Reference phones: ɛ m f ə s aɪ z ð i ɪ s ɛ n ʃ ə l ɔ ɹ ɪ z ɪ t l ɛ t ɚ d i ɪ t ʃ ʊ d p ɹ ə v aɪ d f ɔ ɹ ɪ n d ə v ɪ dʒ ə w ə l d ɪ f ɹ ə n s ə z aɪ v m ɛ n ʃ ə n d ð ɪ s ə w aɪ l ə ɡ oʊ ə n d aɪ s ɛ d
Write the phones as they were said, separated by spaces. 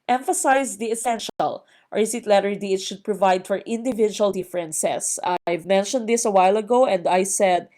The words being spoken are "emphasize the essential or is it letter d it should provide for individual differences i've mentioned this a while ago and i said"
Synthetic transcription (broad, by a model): ɛ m f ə s aɪ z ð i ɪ s ɛ n ʃ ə l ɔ ɹ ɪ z ɪ t l ɛ t ɚ d i ɪ t ʃ ʊ d p ɹ ə v aɪ d f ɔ ɹ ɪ n d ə v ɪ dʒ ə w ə l d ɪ f ɹ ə n s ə s aɪ v m ɛ n ʃ ə n d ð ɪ s ə w aɪ l ə ɡ oʊ ə n d aɪ s ɛ d